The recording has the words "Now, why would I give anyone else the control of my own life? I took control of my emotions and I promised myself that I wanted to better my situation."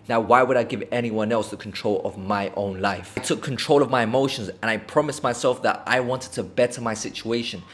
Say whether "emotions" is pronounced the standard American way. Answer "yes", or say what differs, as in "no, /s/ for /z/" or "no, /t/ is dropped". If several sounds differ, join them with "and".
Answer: yes